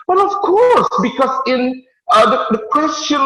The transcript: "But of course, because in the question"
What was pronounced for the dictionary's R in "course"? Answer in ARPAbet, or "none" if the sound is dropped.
R